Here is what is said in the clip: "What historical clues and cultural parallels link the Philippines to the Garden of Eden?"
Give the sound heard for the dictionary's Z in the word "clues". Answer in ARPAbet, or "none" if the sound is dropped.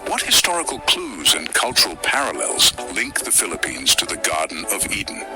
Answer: Z